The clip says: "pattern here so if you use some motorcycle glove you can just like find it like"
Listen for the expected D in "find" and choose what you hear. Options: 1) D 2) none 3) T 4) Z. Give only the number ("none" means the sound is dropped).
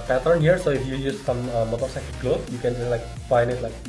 2